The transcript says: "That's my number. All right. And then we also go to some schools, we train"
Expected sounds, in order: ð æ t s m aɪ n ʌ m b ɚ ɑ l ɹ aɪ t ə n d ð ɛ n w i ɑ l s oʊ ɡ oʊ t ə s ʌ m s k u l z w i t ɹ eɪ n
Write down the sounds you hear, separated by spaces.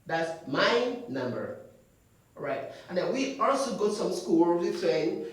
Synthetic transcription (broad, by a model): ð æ t s m aɪ n ʌ m b ɚ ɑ ɹ aɪ t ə n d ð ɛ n w i ɑ l s oʊ ɡ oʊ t s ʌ m s k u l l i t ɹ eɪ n